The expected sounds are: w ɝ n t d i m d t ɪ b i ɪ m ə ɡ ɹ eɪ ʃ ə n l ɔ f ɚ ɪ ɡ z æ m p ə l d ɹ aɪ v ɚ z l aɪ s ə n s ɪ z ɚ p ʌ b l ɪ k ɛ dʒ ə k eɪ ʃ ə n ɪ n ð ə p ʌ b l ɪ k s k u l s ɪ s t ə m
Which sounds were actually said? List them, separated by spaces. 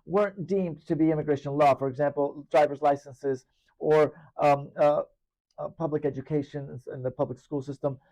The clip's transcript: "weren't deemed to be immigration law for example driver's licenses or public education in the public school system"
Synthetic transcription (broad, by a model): w ɝ n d i m t ɪ b i ɪ m ə ɡ ɹ eɪ ʃ ə n l ɔ f ɚ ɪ ɡ z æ m p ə l d ɹ aɪ v ɚ z l aɪ s ə n s ɪ z ɚ p ʌ b l ɪ k ɛ dʒ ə k eɪ ʃ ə n ɪ n ð ə p ʌ b l ɪ k s k u l s ɪ s t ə m